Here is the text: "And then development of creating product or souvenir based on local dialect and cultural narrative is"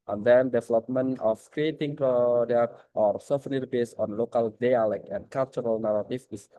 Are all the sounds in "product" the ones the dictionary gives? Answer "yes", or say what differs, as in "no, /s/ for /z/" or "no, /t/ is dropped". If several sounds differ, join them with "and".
no, /k/ is dropped